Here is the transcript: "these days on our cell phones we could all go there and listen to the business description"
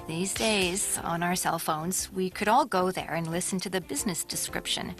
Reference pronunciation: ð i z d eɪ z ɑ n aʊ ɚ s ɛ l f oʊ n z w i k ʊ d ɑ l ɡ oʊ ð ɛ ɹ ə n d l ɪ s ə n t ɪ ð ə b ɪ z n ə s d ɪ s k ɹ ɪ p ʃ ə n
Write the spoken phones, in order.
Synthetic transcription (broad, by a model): ð i z d eɪ z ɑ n aʊ ɚ s ɛ l f oʊ n z w i k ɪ d ɑ l ɡ oʊ ð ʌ ɹ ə n l ɪ s n t ɪ ð ə b ɪ z n ə s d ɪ s k ɹ ɪ p ʃ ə n